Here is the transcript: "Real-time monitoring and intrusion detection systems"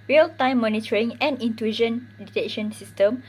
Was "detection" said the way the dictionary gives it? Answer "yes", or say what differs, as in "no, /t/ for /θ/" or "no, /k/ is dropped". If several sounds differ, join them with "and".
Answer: no, /k/ is dropped